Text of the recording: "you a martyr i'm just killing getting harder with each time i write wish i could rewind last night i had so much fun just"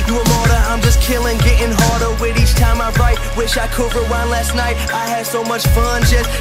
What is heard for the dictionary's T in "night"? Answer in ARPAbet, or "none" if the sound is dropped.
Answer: T